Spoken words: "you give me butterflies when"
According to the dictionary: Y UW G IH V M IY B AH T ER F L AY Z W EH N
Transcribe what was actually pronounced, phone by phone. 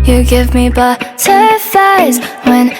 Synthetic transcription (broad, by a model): Y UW G IH V M IY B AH S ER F AY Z W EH N